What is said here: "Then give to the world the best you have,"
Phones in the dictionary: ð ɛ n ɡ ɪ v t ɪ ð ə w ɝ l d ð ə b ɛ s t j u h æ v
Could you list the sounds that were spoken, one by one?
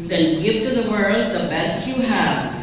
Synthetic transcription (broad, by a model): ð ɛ n ɡ ɪ v t ɪ ð ə w ɝ l d ð ə b ɛ s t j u h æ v